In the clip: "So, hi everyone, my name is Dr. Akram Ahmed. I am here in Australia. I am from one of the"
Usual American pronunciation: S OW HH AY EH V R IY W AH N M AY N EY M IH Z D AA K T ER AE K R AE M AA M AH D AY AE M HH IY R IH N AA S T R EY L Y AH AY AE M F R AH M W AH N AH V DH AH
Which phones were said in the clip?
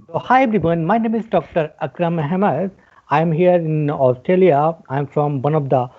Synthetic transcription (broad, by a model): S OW HH AY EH B R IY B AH N M AY N EY M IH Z D AA K T ER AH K R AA M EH M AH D AY M HH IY R IH N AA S T R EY L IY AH AY M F R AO M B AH N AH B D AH